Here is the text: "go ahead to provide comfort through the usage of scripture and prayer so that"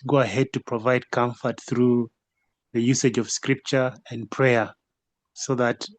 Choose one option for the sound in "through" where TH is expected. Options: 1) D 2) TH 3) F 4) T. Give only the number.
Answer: 2